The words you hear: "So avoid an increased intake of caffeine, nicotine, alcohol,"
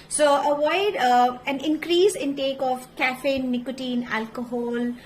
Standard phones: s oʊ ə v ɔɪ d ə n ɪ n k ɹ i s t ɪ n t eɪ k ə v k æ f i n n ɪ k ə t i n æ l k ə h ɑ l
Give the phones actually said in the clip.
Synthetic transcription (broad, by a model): s oʊ ə v ɔɪ d ə n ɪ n k ɹ i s ɪ n t eɪ k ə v k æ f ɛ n n ɪ k ə t i n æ l k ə h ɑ l